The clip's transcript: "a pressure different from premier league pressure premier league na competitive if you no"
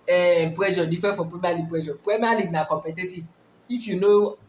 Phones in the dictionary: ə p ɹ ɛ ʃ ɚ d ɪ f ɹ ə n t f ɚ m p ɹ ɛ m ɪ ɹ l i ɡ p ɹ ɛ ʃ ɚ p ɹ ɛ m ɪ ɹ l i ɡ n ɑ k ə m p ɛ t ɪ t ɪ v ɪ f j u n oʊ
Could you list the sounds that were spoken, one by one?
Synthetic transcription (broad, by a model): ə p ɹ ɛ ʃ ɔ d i f ə f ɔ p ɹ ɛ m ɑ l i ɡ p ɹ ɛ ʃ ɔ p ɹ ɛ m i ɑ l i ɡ n ɑ k ə m p ɛ t ɪ t ɪ v ɪ f j u n oʊ